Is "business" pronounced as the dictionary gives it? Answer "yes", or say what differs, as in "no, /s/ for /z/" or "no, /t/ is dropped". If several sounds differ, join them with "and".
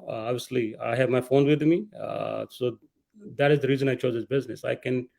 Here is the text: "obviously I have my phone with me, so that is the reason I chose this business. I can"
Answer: yes